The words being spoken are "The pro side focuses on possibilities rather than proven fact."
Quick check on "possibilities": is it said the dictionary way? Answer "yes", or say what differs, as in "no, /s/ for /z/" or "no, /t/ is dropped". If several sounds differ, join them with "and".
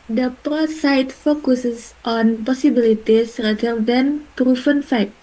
no, /s/ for /z/